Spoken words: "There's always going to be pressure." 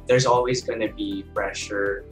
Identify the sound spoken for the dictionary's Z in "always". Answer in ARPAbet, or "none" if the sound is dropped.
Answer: Z